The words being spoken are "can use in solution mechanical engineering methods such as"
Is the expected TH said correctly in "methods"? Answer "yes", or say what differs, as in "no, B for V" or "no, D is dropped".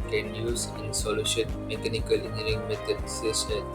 no, S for TH